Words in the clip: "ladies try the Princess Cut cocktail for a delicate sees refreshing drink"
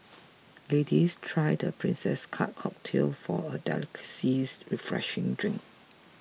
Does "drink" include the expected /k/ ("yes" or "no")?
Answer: yes